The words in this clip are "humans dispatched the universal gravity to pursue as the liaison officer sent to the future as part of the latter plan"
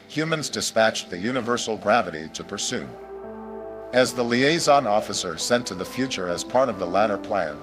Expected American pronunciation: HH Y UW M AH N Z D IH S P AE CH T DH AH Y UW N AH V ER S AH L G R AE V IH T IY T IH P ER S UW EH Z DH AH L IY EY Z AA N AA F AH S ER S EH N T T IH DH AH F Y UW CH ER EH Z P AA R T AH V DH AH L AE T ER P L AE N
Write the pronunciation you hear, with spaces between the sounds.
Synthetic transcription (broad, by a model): HH Y UW M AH N Z D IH S P AE CH DH AH Y UW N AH V ER S L G R AE V IH T IY T IH P ER S UW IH Z DH AH L IY EY Z AA N AA F AH S ER S EH N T T IH DH AH F Y UW CH ER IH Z P AA R T AH V DH AH L AE T ER P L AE N